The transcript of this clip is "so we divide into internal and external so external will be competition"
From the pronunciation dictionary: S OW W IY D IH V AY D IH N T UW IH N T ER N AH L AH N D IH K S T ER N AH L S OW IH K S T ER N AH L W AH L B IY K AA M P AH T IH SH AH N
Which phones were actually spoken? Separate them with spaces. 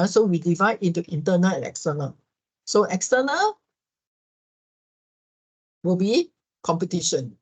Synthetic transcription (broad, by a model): S OW W IY D IH V AY D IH N T UW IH N T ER N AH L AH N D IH K S T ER N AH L S OW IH K S T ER N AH L W AH L B IY K AA M P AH T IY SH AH N